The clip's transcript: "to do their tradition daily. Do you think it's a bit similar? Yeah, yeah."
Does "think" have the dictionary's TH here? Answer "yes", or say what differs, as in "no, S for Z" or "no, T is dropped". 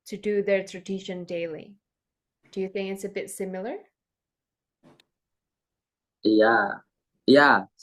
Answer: yes